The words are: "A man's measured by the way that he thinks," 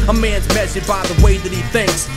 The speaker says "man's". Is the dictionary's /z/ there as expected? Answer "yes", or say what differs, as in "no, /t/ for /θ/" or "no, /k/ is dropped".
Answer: yes